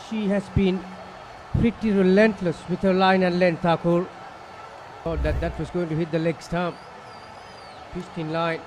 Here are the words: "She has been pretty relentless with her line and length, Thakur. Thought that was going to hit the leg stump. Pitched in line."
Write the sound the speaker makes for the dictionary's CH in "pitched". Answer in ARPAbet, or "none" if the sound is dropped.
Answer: S